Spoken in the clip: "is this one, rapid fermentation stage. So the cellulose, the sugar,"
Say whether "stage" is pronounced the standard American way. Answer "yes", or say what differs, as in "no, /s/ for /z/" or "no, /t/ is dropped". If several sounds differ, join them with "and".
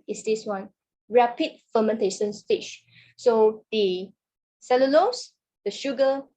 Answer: no, /ʃ/ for /dʒ/